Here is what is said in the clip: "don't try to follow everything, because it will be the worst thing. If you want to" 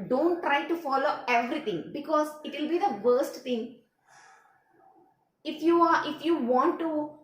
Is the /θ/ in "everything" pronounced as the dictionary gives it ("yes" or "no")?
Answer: no